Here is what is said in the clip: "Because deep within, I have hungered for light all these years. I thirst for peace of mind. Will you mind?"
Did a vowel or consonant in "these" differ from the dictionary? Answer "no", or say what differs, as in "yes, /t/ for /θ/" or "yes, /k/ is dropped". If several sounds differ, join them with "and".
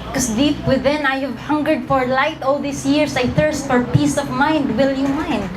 yes, /s/ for /z/